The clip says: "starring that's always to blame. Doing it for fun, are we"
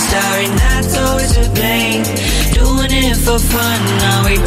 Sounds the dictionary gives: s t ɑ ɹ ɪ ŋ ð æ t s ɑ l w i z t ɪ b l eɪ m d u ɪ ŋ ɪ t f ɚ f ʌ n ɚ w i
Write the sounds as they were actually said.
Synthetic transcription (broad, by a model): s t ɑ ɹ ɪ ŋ ð æ t s ɑ l w i z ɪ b eɪ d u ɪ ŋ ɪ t f ɚ f ʌ n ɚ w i